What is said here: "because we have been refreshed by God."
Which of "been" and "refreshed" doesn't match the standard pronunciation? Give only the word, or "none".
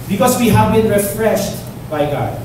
none